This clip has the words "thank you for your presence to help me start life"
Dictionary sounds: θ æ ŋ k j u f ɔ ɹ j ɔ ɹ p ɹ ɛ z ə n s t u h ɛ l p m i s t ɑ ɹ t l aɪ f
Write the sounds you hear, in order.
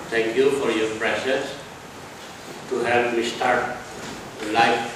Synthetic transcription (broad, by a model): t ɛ ŋ k j u f ɔ ɹ j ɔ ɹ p ɹ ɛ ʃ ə s t u h ɛ l p m i s t ɑ ɹ t l aɪ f